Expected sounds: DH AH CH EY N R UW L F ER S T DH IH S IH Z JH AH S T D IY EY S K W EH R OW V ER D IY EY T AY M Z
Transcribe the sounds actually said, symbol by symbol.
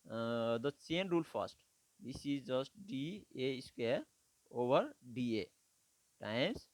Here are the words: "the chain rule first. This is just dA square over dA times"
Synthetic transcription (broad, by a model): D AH S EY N R UW L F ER S T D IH S IH Z JH AH S T D IY EY S K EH OW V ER D IY EY T AY M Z